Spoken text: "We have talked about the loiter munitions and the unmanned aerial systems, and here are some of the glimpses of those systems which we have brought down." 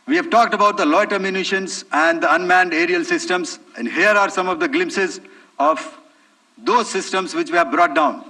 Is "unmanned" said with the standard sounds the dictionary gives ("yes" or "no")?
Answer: yes